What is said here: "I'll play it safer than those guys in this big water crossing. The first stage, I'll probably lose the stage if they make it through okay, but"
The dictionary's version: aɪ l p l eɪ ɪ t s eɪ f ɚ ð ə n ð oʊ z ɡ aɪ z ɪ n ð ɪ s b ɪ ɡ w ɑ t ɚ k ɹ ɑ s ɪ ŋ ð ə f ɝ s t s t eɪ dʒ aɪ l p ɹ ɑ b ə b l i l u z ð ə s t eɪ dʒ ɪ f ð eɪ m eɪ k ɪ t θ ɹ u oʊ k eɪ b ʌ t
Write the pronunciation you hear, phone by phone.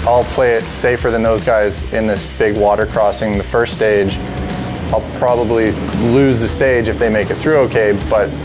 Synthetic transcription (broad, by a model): aɪ l p l eɪ ɪ t s eɪ f ɚ ð ə n ð oʊ z ɡ aɪ z ɪ n ð ɪ s b ɪ ɡ w ɑ t ɚ k ɹ ɑ s ɪ ŋ ð ə f ɝ s t s t eɪ dʒ aɪ l p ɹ ɑ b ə b l i l u z ð ə s t eɪ dʒ ɪ f ð eɪ m eɪ k ɪ t θ ɹ u oʊ k eɪ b ʌ t